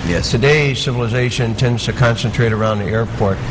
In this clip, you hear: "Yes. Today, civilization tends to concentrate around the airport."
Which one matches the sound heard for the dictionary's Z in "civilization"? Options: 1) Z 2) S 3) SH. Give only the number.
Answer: 1